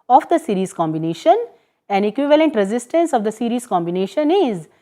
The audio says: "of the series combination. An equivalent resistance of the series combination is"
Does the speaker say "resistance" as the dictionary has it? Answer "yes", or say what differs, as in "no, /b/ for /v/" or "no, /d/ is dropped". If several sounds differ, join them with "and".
yes